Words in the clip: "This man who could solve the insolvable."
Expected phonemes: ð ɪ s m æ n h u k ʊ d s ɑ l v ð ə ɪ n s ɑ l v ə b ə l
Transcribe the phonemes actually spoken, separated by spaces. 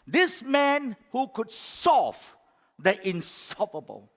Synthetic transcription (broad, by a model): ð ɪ s m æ n h u k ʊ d s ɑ v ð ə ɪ n s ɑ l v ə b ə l